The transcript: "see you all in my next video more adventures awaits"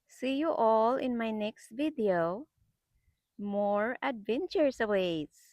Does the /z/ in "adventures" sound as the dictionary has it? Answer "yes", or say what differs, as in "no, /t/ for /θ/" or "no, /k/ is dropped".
no, /s/ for /z/